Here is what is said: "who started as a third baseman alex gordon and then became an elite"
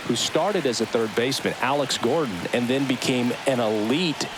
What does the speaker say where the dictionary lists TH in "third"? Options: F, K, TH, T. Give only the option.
TH